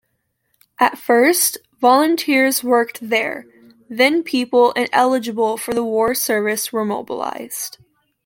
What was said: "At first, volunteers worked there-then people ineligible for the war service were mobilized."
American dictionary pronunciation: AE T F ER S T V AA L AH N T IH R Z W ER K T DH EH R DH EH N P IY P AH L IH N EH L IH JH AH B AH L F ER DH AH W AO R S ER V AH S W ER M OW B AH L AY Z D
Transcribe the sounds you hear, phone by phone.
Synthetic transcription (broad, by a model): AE T F ER S T V AA L AH N T IH R Z W ER K T DH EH R DH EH N P IY P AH L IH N EH L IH JH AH B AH L F ER DH AH W AO R S ER V AH S W ER M OW B AH L AY Z D